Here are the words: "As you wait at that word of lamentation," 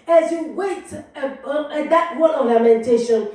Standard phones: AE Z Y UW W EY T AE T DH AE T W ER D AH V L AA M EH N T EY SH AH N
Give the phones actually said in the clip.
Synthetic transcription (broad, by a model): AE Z Y UW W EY IH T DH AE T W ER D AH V L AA M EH N T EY SH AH N